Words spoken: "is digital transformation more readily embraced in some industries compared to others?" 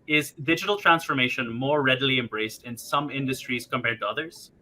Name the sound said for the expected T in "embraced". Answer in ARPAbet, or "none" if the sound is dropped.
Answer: T